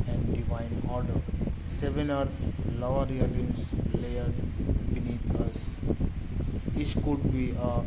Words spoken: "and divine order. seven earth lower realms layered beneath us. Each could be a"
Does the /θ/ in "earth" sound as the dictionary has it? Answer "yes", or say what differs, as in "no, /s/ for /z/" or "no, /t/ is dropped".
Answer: no, /t/ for /θ/